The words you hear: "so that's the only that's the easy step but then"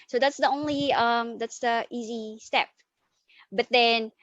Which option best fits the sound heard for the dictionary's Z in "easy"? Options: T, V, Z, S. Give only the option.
Z